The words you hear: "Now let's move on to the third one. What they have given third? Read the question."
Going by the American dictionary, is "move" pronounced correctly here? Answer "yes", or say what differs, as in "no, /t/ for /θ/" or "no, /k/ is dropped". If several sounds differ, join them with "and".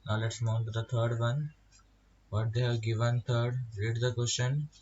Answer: no, /v/ is dropped